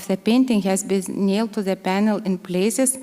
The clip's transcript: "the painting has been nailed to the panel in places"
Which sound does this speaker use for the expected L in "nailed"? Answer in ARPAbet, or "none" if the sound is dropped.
L